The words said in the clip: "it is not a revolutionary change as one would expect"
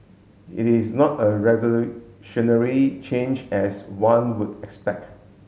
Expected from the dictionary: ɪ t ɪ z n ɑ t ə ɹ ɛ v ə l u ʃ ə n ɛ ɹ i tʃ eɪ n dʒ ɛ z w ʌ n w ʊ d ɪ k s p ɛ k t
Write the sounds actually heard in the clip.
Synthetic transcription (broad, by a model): ɪ t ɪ s n ɑ t ə ɹ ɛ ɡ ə l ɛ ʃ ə n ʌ ɹ i tʃ eɪ n dʒ ɛ s w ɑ n w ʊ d ɪ k s p ɛ k t